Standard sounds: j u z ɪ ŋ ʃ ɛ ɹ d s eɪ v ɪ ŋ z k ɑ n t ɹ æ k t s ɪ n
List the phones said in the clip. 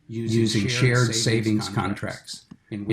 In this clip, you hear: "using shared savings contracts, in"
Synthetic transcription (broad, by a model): j u z ɪ ŋ ʃ ɛ ɹ d s eɪ v ɪ ŋ z k ɑ n t ɹ æ k t s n